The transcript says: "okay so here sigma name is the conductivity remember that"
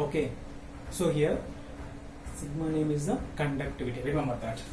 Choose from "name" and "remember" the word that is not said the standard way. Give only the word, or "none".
remember